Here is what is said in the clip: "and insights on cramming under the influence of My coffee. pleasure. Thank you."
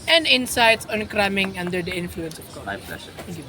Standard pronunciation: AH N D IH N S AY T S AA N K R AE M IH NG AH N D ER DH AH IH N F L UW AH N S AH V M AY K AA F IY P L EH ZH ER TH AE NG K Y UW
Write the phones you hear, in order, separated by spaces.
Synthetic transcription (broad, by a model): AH N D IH N S AY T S AA N K R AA M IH NG AH N D ER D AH IH N F L UW AH N S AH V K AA IY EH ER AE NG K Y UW